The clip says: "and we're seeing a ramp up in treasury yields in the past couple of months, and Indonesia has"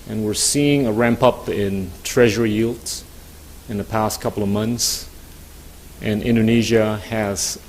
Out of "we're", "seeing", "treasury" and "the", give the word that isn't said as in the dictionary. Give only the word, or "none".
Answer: none